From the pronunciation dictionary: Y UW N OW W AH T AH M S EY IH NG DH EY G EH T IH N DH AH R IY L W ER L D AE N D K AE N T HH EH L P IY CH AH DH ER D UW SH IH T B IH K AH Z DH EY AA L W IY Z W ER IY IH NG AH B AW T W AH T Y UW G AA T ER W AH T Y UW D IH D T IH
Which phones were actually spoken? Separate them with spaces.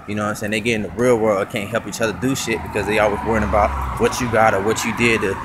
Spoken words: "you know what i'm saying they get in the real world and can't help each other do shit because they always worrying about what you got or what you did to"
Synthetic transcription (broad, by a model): Y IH N OW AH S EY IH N DH EY G EH T IH N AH R IY L W ER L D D K AE N T HH EH L P IY CH AH DH ER D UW SH IH T B IH K AH Z DH EY AA L W IY Z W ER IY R AH B AW T W AH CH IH G AA T ER W AH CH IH D IH D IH